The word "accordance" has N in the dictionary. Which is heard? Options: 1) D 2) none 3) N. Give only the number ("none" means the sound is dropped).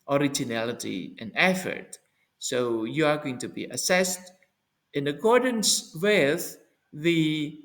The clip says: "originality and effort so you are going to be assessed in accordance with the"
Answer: 3